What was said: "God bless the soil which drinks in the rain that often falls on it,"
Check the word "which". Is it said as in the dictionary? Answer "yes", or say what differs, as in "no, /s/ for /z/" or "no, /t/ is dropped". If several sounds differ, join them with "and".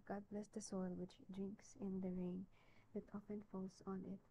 yes